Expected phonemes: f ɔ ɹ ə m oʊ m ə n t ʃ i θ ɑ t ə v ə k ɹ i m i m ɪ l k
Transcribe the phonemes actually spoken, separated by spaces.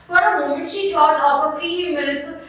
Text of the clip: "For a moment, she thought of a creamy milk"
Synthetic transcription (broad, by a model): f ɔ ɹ ə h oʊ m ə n ʃ i t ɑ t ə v ə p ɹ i i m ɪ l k